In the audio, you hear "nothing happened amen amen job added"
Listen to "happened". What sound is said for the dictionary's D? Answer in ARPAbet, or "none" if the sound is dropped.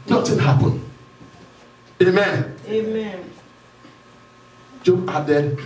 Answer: none